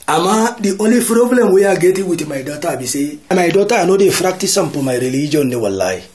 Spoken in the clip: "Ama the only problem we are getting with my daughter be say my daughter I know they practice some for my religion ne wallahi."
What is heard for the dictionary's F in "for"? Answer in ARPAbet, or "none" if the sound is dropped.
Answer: P